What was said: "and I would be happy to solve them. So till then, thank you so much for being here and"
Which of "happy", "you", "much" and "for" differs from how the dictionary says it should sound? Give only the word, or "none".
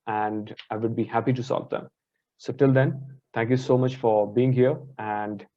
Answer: none